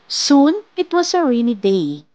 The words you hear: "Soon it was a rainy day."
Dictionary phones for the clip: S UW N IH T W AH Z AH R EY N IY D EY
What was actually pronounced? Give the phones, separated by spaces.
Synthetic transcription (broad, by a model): S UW N IH T W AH S AH R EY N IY D EY